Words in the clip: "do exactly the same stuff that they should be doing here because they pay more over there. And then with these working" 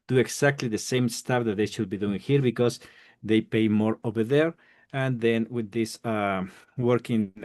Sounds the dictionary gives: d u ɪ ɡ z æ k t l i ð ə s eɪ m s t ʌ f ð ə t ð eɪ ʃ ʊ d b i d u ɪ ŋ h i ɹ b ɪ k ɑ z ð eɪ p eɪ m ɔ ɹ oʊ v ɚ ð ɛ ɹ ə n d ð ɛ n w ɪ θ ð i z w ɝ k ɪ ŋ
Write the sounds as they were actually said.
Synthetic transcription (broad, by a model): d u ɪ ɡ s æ k t l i ð ə s eɪ m s t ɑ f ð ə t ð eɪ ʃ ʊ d b i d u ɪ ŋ h i ɹ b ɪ k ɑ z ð eɪ p eɪ m ɔ ɹ oʊ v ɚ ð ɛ ɹ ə n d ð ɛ n w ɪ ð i s w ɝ k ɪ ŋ